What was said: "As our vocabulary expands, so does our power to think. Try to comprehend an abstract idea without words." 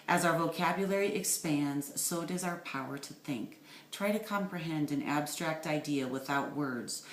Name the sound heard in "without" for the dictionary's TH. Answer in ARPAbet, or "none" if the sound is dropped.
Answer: TH